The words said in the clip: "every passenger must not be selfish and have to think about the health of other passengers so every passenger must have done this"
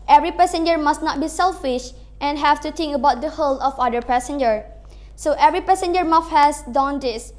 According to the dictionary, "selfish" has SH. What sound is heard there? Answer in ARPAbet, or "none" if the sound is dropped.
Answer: SH